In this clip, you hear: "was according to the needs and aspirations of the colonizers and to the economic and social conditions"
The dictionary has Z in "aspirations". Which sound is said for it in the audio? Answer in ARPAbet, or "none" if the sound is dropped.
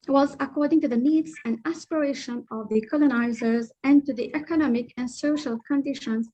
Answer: none